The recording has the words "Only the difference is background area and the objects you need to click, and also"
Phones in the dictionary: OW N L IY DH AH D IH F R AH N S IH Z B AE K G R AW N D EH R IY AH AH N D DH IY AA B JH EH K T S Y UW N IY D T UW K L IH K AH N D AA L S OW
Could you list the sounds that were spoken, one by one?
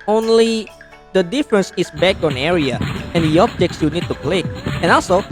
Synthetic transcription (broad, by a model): OW N L IY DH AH D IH F R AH N S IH S B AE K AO N EH R IY AH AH N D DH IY AA B JH EH K T S Y UW N IY D T UW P L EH AH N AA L S OW